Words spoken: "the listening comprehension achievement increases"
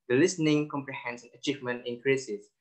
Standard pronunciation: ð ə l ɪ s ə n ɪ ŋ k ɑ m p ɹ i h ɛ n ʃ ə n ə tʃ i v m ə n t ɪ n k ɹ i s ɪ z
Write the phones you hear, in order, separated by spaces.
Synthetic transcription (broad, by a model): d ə l ɪ s ə n ɪ ŋ k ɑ m p ɹ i h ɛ n s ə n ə tʃ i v m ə n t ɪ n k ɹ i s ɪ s